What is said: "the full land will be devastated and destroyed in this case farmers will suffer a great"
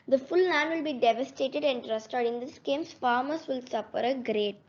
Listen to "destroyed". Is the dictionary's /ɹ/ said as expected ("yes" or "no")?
no